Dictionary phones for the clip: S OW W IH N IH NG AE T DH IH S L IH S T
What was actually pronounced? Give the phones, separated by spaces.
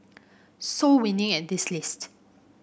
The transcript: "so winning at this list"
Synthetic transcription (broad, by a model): S OW W IH N IH NG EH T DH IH S L IH S T